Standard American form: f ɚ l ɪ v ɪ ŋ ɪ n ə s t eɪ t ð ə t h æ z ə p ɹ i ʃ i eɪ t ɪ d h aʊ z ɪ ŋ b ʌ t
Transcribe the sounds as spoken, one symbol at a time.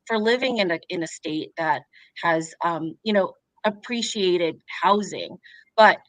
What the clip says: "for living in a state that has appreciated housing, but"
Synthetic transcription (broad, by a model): f ɚ l ɪ v ɪ ŋ ɪ n ə s t eɪ t ð ə t h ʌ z ə p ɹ i ʃ i eɪ t ɪ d h aʊ z ɪ ŋ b ʌ t